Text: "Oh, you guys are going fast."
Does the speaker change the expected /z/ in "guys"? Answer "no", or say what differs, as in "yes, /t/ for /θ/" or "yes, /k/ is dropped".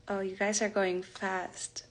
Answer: no